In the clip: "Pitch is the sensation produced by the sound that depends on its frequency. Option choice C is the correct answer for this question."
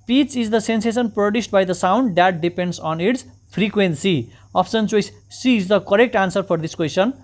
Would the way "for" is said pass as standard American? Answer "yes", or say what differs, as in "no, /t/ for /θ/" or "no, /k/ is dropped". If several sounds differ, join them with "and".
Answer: no, /p/ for /f/